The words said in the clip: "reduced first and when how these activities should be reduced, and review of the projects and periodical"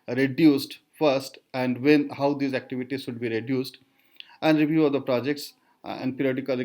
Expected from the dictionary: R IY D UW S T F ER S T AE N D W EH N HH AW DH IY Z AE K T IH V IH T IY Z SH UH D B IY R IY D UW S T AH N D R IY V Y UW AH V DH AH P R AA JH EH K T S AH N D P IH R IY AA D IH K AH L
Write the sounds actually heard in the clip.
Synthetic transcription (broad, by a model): R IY D UW S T F ER S T AE N D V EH N HH AW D IY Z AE K T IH V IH T IY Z SH UH D B IY R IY D UW S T AH N D R IY V Y UW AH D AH P R AA JH EH K T S AH N D P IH R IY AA D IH K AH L